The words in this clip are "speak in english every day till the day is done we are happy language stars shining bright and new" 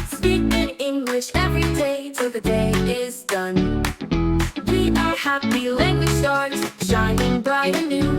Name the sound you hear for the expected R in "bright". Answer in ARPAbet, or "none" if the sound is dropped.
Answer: none